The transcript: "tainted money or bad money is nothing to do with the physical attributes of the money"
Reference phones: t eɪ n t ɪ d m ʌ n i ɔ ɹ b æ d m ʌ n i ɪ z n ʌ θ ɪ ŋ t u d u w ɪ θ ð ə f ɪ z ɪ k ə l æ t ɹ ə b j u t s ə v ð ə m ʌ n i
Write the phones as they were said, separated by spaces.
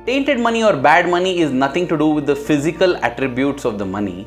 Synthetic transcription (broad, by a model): t eɪ n t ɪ d m ʌ n i ɔ ɹ b æ d m ʌ n i ɪ z n ʌ t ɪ ŋ t u d u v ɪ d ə f ɪ z ɪ k ə l æ t ɹ ə b j u t s ə v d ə m ʌ n i